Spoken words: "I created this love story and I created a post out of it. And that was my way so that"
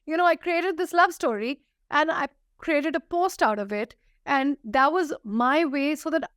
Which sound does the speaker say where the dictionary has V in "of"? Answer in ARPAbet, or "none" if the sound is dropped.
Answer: V